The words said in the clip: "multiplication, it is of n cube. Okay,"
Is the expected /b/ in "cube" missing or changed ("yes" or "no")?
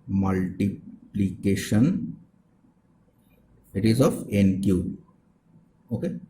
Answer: yes